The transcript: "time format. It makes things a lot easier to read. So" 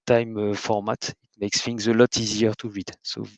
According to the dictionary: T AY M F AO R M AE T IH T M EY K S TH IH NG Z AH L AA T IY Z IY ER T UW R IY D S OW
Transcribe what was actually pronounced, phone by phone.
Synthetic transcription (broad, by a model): T AY M F AO R M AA T IH T M EY K S F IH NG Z AH L AA T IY Z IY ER T UW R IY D S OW